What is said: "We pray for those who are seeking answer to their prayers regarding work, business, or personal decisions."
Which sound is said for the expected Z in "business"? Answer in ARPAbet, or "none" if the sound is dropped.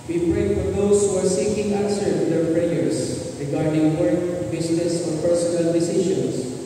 S